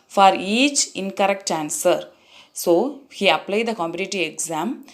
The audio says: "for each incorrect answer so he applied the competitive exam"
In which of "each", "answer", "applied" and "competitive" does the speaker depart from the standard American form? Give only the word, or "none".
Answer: competitive